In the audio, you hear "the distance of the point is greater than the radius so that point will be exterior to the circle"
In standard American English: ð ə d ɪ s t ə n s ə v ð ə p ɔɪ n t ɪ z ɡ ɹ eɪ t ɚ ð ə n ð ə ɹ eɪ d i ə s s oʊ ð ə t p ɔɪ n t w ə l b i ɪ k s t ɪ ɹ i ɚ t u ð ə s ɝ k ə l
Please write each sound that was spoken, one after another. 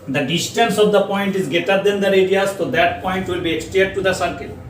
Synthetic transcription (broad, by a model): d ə d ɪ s t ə n s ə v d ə p ɔɪ n t ɪ z ɡ eɪ t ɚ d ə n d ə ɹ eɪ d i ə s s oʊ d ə t p ɔɪ n t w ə l b i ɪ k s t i i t t u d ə s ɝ k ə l